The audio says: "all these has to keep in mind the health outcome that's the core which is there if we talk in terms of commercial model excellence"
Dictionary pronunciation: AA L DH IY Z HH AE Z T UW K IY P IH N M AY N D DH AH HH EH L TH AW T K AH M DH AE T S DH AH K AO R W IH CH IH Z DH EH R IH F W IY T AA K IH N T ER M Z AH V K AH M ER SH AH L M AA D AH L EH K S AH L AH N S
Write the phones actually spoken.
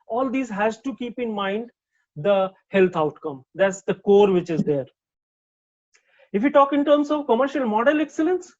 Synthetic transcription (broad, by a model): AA L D IY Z HH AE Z T UW K IY P IH N M AY N D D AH HH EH L T AW T K AH M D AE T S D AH K AO R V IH CH IH Z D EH R IH F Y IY T AA K IH N T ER M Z AH V K AH M ER SH AH L M AA D AH L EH K S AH L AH N S